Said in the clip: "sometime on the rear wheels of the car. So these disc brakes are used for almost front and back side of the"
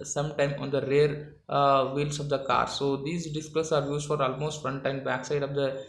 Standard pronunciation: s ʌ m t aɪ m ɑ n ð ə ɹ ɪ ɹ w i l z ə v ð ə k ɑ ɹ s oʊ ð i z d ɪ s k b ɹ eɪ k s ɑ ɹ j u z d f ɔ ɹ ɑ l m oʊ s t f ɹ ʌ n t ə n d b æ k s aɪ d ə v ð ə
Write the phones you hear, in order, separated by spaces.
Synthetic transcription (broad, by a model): s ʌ m t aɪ m ɑ n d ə ɹ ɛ ɹ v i l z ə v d ə k ɑ ɹ s oʊ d i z d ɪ s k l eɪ s ɑ ɹ j u z d f ɔ ɹ ɑ l m oʊ s t f ɹ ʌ n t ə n b æ k s aɪ d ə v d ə